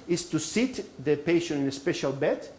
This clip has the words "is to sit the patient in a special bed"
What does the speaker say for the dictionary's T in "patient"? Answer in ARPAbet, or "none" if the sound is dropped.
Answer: none